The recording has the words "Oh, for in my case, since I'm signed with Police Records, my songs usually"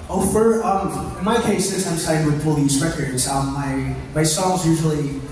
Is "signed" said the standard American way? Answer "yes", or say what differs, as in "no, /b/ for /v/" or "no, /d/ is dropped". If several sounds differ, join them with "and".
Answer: no, /n/ is dropped